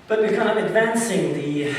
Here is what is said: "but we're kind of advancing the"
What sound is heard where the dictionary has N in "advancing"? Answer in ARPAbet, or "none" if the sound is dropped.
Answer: N